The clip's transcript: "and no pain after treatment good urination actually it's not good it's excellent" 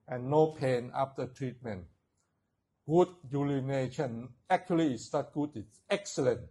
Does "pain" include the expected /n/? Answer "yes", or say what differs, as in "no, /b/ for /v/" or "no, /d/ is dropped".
yes